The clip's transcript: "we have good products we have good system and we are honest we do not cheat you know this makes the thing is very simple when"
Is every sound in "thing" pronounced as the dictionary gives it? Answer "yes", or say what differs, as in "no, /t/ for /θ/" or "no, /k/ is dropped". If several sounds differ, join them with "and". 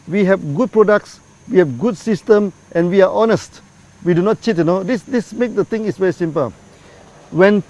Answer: no, /t/ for /θ/